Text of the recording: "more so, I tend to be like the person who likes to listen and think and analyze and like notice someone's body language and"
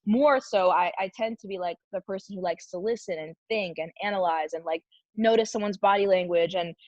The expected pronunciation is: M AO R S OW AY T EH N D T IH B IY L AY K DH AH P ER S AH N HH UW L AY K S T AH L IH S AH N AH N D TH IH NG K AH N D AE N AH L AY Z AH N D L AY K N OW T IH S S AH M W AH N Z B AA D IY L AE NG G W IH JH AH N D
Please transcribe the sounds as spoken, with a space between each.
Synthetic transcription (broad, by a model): M AO R S OW AY T EH N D T IH B IY L AY K DH AH P ER S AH N HH UW L AY K S T AH L IH S AH N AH N TH IH NG K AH N AE N AH L AY Z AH N L AY K N OW T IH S S AH M W AH N Z B AA D IY L AE NG G W IH JH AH N